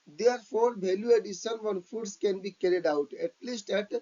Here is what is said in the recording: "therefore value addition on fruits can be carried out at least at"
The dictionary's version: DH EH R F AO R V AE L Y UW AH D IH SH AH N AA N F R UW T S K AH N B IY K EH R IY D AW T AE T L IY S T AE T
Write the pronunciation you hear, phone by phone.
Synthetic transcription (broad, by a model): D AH R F AO R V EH L Y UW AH D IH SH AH N AA N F UW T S K AH N B IY K EH R IY D AW T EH T L IY S T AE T